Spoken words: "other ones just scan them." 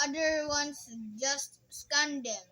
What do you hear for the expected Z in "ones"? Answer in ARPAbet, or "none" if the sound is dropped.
S